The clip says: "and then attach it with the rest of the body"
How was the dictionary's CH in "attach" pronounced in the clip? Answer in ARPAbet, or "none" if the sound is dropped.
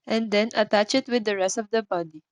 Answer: CH